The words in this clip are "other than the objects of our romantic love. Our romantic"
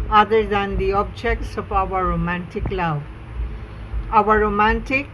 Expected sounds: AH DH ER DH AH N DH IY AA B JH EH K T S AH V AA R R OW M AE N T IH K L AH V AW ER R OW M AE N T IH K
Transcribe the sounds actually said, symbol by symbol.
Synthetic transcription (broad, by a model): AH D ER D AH N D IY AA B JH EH K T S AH P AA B R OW M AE N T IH K L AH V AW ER R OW M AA N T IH K